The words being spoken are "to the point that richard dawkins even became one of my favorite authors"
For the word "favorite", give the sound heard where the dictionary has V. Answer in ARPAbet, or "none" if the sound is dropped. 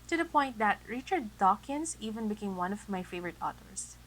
V